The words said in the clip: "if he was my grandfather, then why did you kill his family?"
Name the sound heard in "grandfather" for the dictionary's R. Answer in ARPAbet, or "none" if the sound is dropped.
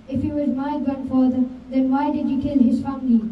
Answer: none